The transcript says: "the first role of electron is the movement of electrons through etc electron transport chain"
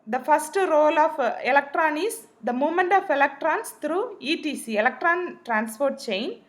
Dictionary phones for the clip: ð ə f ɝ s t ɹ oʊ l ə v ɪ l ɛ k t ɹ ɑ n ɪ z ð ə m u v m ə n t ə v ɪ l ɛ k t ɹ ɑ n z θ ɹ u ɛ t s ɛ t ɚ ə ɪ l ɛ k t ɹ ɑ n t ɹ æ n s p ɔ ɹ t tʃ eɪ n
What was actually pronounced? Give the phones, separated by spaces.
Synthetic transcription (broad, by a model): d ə f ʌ s t ɹ oʊ l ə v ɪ l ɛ k t ɹ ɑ n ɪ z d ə m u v m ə n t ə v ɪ l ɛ k t ɹ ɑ n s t ɹ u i t i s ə ɪ l ɛ k t ɹ ɑ n t ɹ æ n s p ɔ ɹ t tʃ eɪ n